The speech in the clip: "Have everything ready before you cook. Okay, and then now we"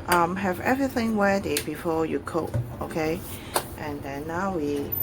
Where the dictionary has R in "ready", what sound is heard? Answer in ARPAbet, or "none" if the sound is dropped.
W